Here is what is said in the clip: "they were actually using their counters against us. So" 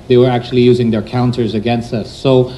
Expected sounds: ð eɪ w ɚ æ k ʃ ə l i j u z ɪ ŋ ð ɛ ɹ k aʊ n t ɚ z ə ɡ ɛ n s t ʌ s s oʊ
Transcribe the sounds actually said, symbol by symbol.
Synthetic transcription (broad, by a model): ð eɪ w ɚ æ k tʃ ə l i j u z ɪ ŋ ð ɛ ɹ k aʊ n t ɚ z ə ɡ ɛ n s t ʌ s s oʊ